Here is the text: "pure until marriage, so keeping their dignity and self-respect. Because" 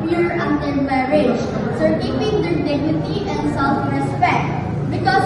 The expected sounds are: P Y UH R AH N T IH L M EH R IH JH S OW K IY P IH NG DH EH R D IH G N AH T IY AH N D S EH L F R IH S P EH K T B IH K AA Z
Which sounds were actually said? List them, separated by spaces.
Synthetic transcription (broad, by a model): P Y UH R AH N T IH N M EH R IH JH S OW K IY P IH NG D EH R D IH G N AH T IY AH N S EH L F R IH S P EH K T B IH K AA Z